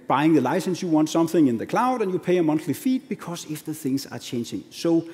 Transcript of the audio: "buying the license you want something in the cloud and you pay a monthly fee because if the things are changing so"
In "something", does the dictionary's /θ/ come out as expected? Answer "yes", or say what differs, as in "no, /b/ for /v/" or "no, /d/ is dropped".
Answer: yes